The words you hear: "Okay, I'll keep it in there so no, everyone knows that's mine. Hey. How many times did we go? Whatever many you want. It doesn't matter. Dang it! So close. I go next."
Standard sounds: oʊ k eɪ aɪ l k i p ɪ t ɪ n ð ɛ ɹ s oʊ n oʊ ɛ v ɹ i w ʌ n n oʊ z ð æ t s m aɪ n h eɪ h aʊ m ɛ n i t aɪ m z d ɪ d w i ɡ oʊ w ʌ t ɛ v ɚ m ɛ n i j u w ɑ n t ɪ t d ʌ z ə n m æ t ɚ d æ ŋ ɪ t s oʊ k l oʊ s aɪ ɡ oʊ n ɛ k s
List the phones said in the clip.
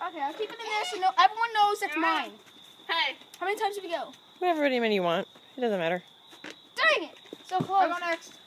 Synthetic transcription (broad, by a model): oʊ k eɪ aɪ l k i p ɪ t ɪ n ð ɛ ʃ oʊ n oʊ ɛ v ɹ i w ʌ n n oʊ z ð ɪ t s m aɪ n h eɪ h aʊ m ɛ n i t aɪ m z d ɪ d w i ɡ oʊ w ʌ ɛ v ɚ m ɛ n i j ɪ w ɑ n t ɪ t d ʌ z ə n m æ t ɚ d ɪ ŋ ɪ t s oʊ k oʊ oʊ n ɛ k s